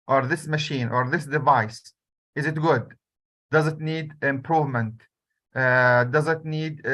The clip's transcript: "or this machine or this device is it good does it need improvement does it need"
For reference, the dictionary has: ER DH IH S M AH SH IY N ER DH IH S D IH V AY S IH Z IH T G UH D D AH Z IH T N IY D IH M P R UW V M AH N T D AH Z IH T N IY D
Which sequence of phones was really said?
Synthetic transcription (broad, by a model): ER DH IH S M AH SH IY N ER DH IH S D IH V AY S IH Z IH T G UH D D AH Z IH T N IY D IH M P R UW V M AH N T D AH Z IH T N IY D